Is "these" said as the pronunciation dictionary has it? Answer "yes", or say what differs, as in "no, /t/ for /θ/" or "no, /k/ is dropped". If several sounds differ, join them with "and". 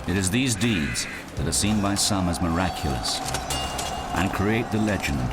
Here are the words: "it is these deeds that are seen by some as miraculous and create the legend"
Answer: yes